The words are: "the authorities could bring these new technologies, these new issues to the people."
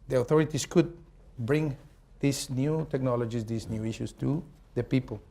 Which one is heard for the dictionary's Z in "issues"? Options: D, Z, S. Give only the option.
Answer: S